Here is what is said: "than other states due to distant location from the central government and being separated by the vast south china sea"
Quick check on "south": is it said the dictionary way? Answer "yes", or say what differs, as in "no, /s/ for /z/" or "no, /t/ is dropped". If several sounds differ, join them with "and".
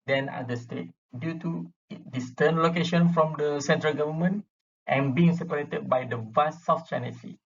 no, /f/ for /θ/